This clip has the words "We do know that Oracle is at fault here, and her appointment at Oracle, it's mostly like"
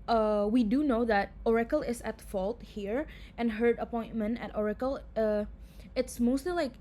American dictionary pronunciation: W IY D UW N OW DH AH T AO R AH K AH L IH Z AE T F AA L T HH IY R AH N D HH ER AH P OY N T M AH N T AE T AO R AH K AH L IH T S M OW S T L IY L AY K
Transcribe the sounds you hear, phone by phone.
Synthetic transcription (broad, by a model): W IY D UW N OW DH AH T AO R AH K AH L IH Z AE T F AA L T HH IY R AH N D HH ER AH P OY N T M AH N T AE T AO R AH K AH L IH T S M OW S T L IY L AY K